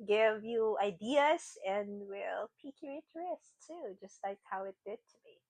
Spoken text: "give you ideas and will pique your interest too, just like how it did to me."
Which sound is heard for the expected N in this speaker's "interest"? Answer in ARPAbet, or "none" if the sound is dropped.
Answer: none